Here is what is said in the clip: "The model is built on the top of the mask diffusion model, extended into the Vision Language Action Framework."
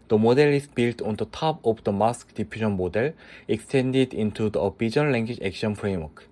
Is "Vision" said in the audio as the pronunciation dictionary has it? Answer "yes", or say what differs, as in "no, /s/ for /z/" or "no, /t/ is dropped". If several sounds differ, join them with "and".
no, /b/ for /v/